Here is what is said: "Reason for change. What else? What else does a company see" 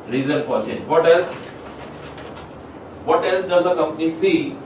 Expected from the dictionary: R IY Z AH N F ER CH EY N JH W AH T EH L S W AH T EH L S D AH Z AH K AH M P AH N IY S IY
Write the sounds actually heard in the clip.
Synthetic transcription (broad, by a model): R IY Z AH N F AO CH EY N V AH T EH L S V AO T EH L S D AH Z AH K AH M P AH N IY S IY